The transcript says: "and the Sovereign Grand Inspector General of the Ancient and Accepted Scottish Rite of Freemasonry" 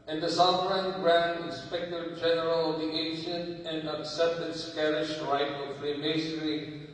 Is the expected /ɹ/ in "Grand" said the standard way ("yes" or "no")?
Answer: yes